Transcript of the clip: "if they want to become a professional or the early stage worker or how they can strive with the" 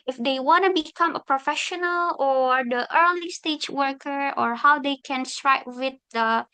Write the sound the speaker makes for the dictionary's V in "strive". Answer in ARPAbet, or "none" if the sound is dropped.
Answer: P